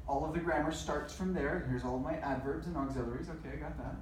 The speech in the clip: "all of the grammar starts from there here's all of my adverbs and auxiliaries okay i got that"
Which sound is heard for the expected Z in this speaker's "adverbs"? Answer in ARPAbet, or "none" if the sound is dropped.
Z